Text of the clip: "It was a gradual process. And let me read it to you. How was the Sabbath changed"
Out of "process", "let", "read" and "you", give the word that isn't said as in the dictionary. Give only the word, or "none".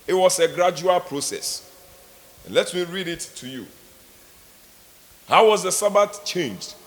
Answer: none